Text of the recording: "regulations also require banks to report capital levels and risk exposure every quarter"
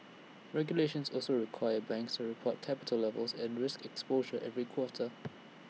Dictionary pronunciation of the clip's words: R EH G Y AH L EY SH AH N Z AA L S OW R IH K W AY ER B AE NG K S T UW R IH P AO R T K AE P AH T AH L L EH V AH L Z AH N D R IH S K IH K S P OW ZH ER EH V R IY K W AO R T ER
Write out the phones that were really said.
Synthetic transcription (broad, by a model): R EH G Y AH L EY SH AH N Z AA L S OW R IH K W AY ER B AE NG K S T UW R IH P AO T K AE P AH T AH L L EH V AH L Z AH N R IH S K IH K S P OW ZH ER EH V R IY K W AO T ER